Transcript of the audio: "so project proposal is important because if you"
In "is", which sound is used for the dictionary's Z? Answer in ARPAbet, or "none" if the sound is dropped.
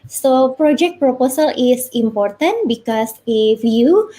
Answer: S